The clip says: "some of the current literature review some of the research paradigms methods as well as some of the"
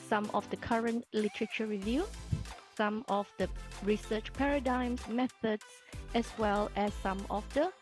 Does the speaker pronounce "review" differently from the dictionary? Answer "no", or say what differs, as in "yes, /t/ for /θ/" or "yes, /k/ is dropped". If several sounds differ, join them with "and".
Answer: no